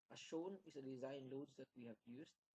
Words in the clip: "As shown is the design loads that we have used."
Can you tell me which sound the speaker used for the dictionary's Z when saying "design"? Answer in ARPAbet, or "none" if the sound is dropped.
Z